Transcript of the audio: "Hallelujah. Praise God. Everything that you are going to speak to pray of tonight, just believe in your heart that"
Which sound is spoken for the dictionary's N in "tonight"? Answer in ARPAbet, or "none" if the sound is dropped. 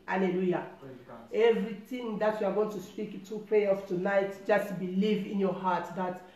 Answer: N